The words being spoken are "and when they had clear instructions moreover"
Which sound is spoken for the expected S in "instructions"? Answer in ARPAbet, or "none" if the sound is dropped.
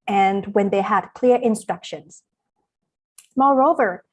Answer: S